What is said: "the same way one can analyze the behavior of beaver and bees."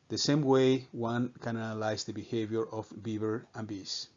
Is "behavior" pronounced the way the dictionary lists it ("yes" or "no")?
yes